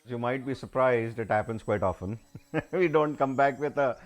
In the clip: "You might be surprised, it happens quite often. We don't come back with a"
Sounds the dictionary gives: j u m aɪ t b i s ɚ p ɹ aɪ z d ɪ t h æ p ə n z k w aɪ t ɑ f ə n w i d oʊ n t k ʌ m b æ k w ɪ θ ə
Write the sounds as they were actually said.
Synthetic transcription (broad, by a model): j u m aɪ t b i s ɚ p ɹ aɪ z d ɪ t h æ p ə n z k w aɪ t ɑ f ə n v i d oʊ n t k ʌ m b æ k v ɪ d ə